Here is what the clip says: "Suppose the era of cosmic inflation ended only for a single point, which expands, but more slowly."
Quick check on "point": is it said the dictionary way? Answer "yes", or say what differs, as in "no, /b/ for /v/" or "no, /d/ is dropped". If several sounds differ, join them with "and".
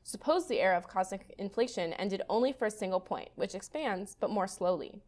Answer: yes